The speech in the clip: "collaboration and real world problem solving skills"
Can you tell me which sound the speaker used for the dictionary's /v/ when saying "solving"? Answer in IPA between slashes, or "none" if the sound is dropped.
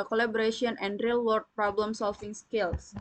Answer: /f/